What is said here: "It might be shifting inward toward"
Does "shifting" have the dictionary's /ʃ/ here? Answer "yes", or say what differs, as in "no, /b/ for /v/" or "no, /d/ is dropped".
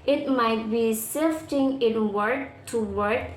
no, /s/ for /ʃ/